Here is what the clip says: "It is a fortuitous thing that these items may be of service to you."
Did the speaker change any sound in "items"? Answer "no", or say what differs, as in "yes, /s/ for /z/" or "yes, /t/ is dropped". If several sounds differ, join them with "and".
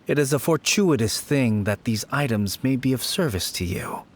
no